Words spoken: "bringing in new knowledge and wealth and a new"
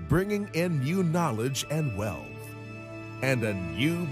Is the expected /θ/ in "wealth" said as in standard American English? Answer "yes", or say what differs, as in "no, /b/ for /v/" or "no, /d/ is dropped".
yes